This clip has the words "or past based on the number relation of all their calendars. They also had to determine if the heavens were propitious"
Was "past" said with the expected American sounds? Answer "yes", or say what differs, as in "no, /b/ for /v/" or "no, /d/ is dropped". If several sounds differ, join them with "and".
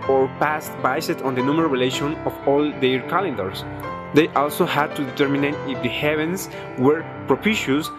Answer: yes